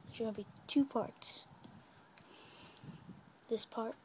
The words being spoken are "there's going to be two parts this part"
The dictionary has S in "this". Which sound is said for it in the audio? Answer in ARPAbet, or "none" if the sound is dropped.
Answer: S